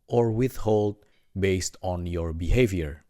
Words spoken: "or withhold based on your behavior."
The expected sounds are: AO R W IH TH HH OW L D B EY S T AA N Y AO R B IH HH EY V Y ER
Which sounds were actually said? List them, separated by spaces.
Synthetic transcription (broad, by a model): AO R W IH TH HH OW L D B EY S T AA N Y AO R B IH HH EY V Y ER